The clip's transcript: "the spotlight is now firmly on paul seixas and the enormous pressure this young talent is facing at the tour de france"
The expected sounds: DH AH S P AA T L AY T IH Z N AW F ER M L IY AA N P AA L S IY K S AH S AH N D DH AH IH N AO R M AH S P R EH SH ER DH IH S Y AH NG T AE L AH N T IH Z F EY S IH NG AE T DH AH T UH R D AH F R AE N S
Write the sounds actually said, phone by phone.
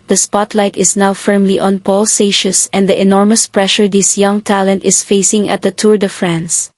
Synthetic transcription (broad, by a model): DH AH S P AA T L AY T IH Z N AW F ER M L IY AA N P AA L S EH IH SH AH S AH N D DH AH IH N AO R M AH S P R EH SH ER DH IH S Y AH NG T AE L AH N T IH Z F EY S IH NG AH T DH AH T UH R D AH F R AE N S